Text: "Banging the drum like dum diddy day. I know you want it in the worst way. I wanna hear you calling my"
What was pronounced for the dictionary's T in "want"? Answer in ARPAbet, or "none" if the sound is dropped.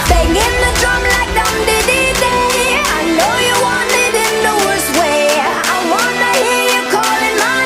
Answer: none